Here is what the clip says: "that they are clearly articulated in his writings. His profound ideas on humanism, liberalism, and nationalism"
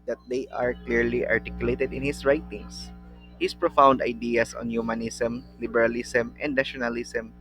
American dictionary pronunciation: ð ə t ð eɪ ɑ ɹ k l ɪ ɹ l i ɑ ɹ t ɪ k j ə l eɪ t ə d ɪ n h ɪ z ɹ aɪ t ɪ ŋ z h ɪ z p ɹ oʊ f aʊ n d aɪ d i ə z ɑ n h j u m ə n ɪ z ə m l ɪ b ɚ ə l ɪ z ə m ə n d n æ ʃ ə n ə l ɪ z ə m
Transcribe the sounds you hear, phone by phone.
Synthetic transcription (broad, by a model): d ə t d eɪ ɑ ɹ k l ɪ ɹ l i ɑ ɹ t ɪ k j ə l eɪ t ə d ɪ n h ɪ s ɹ aɪ t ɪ ŋ s h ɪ s p ɹ oʊ f aʊ n d aɪ d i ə s ɑ n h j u m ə n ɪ s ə m l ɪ b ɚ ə l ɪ s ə m ə n d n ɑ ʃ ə n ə l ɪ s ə m